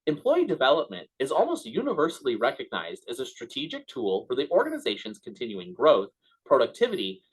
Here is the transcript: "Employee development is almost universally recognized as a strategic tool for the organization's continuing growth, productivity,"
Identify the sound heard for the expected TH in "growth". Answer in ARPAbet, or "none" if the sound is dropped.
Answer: TH